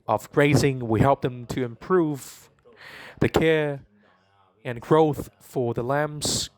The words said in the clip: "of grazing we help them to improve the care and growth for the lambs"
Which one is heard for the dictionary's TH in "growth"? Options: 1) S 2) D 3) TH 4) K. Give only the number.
3